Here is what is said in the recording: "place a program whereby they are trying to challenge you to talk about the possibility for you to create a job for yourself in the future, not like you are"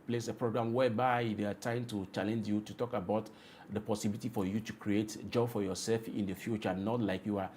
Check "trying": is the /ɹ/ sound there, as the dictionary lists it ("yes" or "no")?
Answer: no